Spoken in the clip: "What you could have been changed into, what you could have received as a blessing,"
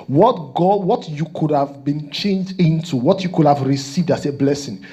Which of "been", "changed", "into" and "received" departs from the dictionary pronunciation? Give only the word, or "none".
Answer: none